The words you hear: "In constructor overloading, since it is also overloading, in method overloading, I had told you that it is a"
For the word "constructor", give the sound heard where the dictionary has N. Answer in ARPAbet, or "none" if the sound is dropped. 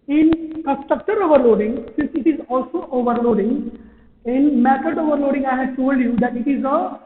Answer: none